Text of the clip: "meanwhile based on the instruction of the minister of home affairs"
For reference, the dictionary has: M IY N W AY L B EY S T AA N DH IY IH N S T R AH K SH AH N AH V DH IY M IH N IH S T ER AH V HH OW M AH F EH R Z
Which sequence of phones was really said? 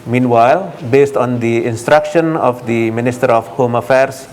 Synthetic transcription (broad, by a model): M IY N W AY L B EY S T AA N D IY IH N S T R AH K SH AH N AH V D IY M IH N IH S T ER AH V HH OW M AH F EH R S